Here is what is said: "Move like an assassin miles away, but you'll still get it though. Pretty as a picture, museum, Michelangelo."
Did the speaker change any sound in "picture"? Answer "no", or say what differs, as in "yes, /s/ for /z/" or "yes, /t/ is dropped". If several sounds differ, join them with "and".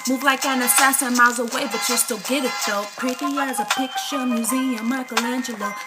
yes, /ʃ/ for /tʃ/